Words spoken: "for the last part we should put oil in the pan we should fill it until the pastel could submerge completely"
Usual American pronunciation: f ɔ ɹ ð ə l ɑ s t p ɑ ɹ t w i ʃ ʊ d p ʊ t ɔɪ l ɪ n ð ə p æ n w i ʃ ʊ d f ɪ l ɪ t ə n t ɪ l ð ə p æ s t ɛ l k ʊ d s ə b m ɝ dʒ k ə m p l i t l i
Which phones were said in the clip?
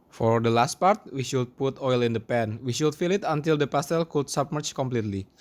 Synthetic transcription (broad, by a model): f ɔ ɹ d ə l ɑ s t p ɑ ɹ t w i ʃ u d p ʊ t ɔɪ l ɪ n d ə p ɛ n w i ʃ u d f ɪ l ɪ t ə n t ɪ l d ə p æ s t ɛ l k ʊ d s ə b m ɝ tʃ k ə m p l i t l i